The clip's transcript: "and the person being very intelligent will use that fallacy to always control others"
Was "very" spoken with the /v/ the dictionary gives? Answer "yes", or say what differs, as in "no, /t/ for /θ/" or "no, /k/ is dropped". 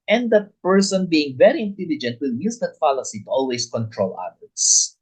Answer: yes